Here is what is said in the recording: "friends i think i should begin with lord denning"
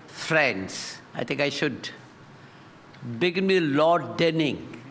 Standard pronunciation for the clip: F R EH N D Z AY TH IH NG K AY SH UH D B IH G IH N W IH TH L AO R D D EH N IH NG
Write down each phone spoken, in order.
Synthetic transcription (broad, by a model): F R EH N D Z AY T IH NG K AY SH UH D B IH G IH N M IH L AO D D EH N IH NG